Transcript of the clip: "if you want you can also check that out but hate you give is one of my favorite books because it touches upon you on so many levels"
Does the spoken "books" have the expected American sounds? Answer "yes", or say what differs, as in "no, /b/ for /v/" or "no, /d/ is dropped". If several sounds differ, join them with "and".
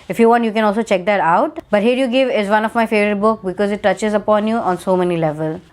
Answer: no, /s/ is dropped